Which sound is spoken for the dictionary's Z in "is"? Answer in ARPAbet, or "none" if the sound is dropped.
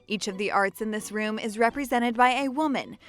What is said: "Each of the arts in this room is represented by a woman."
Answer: Z